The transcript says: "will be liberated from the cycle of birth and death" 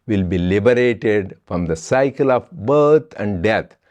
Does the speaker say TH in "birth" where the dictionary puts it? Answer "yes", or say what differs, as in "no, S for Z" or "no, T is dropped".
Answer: no, T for TH